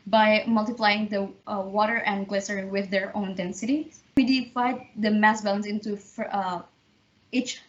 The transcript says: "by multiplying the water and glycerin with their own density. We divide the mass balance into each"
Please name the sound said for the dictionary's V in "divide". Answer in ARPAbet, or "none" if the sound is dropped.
F